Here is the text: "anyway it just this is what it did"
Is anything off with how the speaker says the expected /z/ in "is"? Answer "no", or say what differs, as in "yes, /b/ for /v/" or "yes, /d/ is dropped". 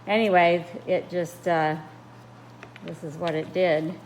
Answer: no